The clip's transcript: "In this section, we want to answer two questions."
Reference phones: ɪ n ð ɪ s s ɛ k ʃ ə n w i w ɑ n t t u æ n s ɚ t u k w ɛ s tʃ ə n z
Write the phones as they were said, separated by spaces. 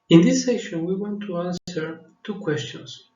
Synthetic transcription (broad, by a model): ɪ n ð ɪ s s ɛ ʃ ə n w i w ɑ n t t u æ n s ɚ t u k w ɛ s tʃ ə n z